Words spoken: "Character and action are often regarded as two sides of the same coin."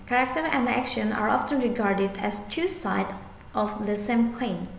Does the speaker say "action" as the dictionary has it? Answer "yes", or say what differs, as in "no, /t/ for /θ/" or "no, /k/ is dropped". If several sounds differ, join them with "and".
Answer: yes